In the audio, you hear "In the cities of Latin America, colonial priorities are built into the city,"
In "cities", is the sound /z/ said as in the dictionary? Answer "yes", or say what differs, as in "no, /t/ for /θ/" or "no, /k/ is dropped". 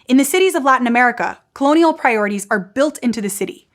yes